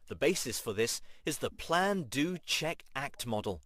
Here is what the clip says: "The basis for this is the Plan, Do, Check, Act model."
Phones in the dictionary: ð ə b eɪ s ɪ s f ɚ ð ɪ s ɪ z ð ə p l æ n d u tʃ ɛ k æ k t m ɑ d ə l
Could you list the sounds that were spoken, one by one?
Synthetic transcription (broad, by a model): ð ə b eɪ s ɪ s f ɚ ð ɪ s ɪ z ð ə p l æ n d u tʃ ɛ k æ k t m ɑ d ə l